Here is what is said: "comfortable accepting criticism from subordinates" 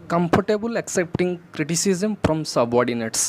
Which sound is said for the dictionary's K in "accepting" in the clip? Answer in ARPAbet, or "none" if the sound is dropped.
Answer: K